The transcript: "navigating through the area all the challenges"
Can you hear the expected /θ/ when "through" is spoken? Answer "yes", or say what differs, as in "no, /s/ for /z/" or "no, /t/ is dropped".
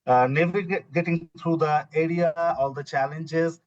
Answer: no, /t/ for /θ/